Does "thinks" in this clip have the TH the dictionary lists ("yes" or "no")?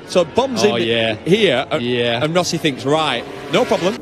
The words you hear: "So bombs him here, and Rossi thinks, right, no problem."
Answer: yes